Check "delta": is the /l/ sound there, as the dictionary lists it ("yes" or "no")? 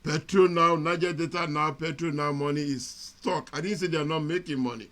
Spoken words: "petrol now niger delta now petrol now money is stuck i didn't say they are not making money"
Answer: no